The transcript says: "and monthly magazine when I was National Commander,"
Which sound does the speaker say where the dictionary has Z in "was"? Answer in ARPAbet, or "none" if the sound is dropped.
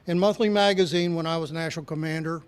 Z